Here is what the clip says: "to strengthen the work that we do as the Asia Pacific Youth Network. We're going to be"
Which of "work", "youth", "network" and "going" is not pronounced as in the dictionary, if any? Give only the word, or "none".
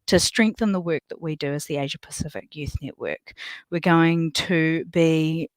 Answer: none